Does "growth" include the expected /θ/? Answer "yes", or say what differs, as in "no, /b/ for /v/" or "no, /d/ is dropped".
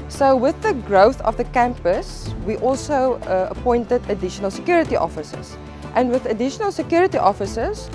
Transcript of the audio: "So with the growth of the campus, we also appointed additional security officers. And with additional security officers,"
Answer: yes